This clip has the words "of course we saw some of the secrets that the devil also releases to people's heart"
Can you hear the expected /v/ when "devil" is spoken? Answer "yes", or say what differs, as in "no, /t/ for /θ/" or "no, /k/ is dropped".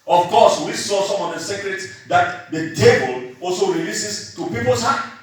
no, /b/ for /v/